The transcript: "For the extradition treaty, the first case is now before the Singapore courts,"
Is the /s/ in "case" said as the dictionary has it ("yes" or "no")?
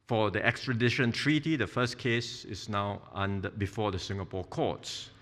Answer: yes